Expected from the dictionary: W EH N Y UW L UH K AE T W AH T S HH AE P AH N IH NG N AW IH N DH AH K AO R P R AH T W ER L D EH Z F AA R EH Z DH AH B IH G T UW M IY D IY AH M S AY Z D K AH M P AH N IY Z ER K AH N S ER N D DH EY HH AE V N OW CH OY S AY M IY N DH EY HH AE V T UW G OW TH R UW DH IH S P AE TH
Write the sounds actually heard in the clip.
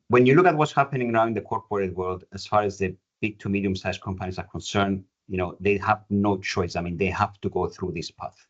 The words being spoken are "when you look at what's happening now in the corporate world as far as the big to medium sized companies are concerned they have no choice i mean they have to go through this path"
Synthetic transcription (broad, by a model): W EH N Y UW L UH K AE T W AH T S HH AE P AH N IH NG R AW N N DH AH K AO R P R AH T W ER L D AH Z F AA R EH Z DH AH B IH G T UW M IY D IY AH M S AY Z K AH M P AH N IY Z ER K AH N S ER N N DH EY HH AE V N OW CH OY S AY M IY N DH EY HH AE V T UW G OW TH R UW DH IH S P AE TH